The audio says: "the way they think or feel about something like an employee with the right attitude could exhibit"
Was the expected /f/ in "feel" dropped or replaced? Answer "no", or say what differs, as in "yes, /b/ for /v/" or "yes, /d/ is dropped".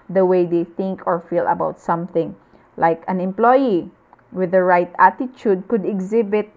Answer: no